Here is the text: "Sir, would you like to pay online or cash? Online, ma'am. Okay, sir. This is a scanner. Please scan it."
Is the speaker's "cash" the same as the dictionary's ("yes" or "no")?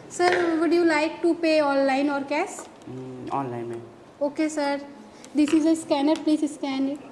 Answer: no